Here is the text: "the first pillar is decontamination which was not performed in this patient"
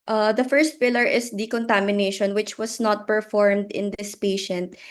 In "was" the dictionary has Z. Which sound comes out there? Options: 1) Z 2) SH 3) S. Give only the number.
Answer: 3